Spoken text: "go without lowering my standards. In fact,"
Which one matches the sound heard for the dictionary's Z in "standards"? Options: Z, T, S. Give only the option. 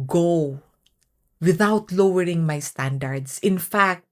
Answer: S